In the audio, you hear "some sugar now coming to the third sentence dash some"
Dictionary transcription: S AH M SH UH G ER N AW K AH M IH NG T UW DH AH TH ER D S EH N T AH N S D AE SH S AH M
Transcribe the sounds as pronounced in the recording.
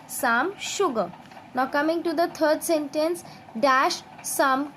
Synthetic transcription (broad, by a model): S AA M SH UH G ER N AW K AH M IH NG T UW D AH T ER D S EH N T AH N S D AE SH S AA M